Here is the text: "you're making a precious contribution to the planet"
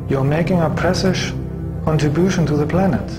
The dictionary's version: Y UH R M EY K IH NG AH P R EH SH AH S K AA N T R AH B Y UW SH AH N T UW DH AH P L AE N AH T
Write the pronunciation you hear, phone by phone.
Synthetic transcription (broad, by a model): Y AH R M EY K IH NG AH P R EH S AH SH K AA N T R AH B Y UW SH AH N T UW DH AH P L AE N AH T